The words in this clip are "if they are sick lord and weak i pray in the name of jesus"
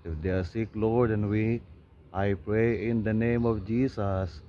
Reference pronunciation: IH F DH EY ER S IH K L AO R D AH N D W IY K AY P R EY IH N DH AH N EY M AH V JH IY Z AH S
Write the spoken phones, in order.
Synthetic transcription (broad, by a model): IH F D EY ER S IH K L AO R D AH N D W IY AY P R EY IH N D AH N EY M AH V JH IY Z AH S